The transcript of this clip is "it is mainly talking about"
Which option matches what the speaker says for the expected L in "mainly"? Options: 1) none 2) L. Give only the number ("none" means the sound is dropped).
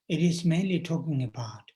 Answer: 2